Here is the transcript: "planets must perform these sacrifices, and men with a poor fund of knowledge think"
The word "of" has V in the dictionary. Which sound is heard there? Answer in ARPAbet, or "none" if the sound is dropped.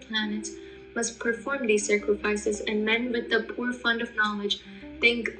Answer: V